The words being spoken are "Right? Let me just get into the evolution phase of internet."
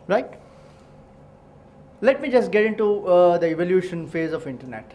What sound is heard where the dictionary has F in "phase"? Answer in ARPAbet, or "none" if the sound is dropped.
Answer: F